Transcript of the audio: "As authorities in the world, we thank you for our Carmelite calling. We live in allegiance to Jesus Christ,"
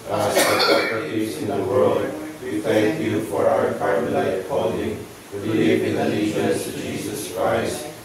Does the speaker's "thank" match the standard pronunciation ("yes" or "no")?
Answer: yes